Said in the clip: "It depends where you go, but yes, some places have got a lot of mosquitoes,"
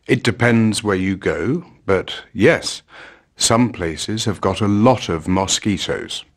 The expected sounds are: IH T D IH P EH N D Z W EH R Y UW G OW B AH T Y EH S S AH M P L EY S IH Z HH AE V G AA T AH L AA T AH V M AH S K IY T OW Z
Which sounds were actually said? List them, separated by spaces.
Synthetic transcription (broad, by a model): IH T D IH P EH N D Z W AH R Y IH G OW B AH T Y EH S S AH M P L EY S IH Z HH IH V G AA T AH L AA T AH V M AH S K IY T OW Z